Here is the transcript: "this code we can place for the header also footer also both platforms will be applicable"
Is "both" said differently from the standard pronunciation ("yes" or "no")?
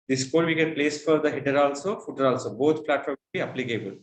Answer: yes